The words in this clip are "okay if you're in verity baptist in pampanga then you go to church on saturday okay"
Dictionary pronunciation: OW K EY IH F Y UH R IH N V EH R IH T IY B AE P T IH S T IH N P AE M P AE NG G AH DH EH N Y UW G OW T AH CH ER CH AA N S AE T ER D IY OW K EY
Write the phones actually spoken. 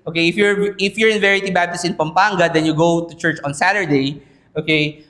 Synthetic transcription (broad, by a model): OW K EY IH F Y UH R IH N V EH R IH T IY B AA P T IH S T IH N P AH M P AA NG G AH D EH N Y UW G OW T AH CH ER CH AA N S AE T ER D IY OW K EY